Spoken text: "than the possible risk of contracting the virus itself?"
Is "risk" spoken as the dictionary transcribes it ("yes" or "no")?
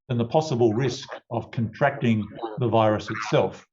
yes